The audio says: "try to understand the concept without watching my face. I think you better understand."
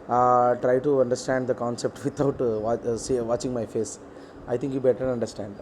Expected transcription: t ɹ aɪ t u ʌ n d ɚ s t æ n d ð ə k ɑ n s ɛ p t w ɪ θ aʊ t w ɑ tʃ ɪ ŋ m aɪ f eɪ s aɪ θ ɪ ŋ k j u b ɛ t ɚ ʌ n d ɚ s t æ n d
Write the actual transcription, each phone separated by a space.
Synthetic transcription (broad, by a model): t ɹ aɪ t u ʌ n d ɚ s t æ n d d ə k ɑ n s ɛ p t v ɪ t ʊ t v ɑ tʃ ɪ ŋ m aɪ f eɪ s aɪ t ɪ ŋ k j u b ɛ t ɚ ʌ n d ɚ s t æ n d